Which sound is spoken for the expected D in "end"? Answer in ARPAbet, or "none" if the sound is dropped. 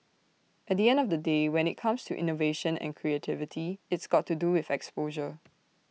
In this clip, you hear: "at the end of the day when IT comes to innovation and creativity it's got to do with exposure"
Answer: D